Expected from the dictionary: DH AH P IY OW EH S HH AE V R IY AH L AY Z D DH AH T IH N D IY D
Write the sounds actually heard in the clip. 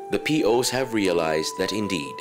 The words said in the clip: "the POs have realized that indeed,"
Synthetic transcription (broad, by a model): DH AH P IY OW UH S HH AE V R IY AH L AY Z D DH AH T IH N D IY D